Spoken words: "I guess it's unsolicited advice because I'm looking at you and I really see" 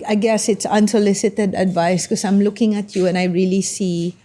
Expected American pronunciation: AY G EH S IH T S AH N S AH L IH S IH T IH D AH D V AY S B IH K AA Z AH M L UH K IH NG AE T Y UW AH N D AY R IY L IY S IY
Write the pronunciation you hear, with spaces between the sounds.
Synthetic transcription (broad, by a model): AY G EH S IH T S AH N S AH L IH S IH T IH D AH D V AY S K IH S AA AH M L UH K IH NG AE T Y UW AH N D AY R IY L IY S IY